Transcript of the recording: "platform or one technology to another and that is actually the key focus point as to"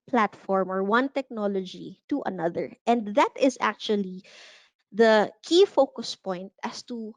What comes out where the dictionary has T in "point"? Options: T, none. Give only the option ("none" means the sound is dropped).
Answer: T